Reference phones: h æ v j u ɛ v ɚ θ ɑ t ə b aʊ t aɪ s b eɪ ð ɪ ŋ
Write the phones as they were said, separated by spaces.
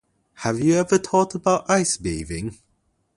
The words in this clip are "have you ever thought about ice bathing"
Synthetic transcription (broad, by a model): h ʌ v j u ɛ v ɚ t ɑ t ə b aʊ t aɪ s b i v ɪ ŋ